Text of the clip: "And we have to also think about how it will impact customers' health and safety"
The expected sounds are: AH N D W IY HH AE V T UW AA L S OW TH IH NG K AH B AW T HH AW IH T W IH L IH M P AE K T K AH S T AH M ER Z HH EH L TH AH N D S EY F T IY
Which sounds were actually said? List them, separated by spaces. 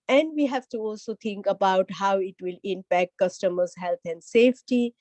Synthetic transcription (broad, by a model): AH N D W IY HH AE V T UW AA L S OW T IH NG K AH B AW T HH AW IH T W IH L IH M P AE K T K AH S T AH M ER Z HH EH L T AH N D S EY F T IY